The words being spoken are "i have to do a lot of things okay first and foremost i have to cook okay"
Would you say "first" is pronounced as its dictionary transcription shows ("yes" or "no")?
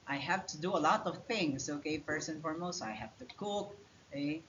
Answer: no